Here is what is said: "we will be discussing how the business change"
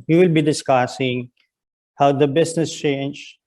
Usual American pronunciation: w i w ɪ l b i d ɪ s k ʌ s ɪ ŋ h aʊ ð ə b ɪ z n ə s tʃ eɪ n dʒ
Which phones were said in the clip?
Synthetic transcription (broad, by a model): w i w ɪ l b i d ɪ s k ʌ s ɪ ŋ h aʊ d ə b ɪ s n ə s tʃ eɪ n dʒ